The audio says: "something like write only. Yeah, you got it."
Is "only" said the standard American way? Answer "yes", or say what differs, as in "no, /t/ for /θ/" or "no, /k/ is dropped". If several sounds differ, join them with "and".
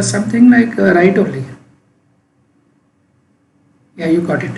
no, /n/ is dropped